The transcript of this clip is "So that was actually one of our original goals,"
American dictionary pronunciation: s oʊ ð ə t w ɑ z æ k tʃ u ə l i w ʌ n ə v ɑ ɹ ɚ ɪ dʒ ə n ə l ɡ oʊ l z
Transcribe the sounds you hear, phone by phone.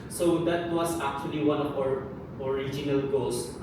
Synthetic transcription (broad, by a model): s oʊ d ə t w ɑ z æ k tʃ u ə l i w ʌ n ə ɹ ɑ ɹ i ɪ dʒ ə n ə l ɡ oʊ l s